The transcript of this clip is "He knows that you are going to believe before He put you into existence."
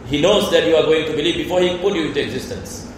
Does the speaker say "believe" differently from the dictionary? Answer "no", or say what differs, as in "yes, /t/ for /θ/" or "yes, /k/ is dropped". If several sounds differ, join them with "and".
no